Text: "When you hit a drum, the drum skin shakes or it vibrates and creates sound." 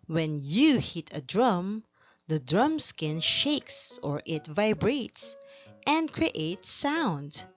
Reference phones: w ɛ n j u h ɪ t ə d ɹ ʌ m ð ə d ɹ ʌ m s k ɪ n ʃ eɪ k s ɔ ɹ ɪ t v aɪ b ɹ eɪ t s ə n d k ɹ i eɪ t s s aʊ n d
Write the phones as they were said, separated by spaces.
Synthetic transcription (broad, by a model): w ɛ n j u h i t ə d ɹ ʌ m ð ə d ɹ ʌ m s k ɪ n ʃ eɪ k s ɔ ɹ ɪ t v aɪ b ɹ eɪ t s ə n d k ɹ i eɪ t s s aʊ n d